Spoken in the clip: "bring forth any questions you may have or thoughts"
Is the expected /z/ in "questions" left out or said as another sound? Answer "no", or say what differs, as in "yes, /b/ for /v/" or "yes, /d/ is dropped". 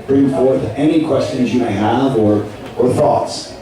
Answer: no